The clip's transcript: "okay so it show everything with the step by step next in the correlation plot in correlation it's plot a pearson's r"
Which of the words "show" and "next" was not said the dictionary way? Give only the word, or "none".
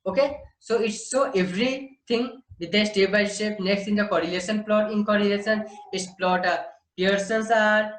show